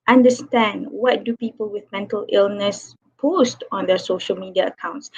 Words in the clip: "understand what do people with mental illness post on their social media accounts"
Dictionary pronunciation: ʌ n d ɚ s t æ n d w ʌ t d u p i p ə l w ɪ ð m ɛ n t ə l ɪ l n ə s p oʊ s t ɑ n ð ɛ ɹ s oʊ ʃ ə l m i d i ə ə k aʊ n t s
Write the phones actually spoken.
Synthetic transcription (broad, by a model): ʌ n d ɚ s t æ n d w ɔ t d u p i p ə l w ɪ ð m ɛ n t ə l ɪ l n ə s p oʊ s t ɑ n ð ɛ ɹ s oʊ ʃ ə l m i d i ə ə k aʊ n t s